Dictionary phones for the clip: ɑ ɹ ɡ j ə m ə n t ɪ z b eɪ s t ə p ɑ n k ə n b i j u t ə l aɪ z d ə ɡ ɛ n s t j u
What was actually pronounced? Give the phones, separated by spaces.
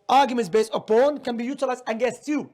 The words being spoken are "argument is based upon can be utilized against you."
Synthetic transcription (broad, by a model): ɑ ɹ ɡ j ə m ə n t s b eɪ s t ə p ɑ n k ə n b i j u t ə l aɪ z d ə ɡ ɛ s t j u